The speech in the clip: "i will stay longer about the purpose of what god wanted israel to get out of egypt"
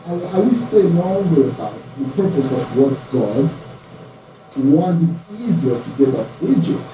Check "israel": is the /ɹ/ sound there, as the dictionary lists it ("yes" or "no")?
no